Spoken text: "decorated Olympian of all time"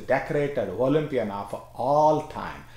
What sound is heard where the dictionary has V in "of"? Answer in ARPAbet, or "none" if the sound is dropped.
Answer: F